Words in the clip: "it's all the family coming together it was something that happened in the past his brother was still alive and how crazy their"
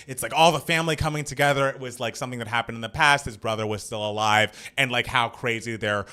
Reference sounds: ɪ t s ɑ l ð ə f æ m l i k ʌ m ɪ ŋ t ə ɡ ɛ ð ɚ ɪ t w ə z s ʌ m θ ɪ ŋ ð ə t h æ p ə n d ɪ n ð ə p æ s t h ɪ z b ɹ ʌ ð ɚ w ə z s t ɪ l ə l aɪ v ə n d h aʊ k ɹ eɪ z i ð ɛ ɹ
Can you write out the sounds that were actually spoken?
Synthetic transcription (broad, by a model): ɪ t s ɑ l ð ə f æ m l i k ʌ m ɪ ŋ t ə ɡ ɛ ð ɚ ɪ t w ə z s ʌ m θ ɪ ŋ ð ə t h æ p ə n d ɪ n ð ə p æ s t h ɪ z b ɹ ʌ ð ɚ w ə z s t ɪ l ə l aɪ v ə n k h aʊ k ɹ eɪ z i ð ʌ ɹ